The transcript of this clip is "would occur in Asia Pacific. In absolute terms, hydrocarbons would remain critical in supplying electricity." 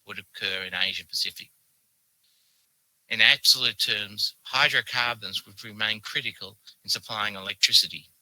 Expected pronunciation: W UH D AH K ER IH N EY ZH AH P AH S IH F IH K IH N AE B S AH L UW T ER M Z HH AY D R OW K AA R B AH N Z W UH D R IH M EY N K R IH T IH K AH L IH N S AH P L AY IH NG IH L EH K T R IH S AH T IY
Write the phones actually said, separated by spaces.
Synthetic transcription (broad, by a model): W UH D AH K ER IH N EY ZH AH P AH S IH F IH K IH N AE B S AH L UW T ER M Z HH AY D R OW K AA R B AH N Z W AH D R IH M EY N K R IH T IH K AH L IH N S AH P L AY IH NG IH L EH K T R IH S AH T IY